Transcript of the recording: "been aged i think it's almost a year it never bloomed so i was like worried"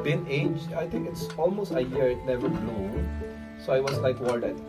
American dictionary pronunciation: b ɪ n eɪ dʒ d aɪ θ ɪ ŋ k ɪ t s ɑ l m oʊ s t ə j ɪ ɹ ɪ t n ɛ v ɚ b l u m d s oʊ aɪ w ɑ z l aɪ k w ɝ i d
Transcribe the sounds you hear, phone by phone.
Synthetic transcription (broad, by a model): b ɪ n eɪ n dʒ aɪ t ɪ ŋ k ɪ t s ɑ l m oʊ s t ə j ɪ ɹ ɪ t n ɛ v ɚ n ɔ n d s oʊ aɪ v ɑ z l aɪ k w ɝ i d